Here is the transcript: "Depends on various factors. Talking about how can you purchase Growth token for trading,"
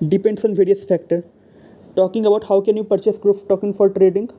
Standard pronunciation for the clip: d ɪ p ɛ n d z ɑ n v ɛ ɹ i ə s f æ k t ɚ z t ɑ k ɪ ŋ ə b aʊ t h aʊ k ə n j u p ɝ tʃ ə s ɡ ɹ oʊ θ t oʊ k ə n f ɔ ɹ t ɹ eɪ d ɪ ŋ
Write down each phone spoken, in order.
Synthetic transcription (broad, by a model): d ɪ p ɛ n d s ɑ n v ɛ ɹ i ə s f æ k t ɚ t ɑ k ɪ ŋ ə b aʊ t h aʊ k ə n j u p ɝ tʃ ə s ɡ ɹ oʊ f t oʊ k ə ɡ f ɔ ɹ t ɹ eɪ d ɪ ŋ